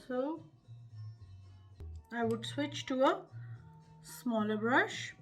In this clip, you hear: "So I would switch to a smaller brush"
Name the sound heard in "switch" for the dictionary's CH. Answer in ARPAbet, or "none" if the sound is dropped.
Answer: CH